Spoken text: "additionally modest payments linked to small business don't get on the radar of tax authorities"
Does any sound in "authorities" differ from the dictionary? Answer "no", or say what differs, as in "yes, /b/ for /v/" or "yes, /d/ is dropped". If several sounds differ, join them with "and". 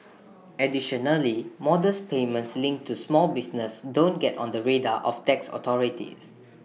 yes, /t/ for /θ/